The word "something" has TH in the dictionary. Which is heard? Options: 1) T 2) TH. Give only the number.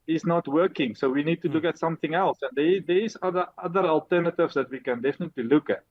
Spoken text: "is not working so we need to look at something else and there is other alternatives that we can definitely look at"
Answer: 2